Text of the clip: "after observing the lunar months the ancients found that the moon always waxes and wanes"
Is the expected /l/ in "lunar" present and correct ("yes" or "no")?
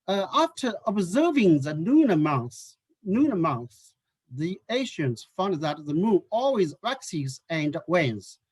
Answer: no